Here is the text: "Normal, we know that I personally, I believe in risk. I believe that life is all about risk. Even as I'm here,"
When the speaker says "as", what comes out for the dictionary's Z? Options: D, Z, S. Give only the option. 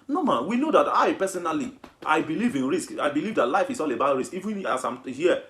S